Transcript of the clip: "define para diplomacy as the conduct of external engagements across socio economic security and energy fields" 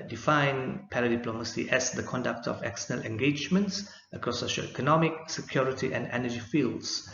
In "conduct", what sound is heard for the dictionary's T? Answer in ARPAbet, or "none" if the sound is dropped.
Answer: T